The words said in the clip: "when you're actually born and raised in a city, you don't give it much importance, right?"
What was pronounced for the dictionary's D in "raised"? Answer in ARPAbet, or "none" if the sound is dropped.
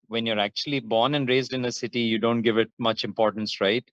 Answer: D